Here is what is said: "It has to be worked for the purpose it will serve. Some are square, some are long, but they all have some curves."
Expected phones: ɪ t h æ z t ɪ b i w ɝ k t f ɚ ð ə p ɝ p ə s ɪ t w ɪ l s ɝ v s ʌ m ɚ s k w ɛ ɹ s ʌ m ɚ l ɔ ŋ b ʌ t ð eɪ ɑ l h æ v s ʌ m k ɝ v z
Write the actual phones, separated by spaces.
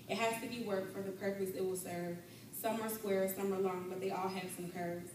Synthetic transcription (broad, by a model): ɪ t h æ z t ɪ b i w ɝ k t f ɚ ð ə p ɝ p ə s ɪ t w ɪ l s ɝ v s ʌ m ɚ s k w ɛ ɹ s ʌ m ɚ l ɔ ŋ b ʌ t ð eɪ ɑ l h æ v s ʌ m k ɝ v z